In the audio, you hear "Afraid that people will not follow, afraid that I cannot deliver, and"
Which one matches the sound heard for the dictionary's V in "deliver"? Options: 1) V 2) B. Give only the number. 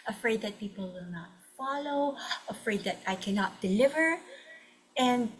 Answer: 1